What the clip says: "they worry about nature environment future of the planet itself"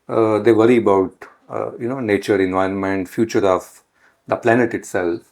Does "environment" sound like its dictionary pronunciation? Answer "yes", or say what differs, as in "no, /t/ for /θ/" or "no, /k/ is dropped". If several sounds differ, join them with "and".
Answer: yes